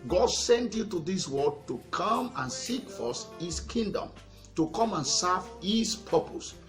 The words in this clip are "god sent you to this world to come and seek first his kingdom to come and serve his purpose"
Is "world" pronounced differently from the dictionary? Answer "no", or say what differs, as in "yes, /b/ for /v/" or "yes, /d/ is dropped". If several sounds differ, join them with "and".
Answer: yes, /l/ is dropped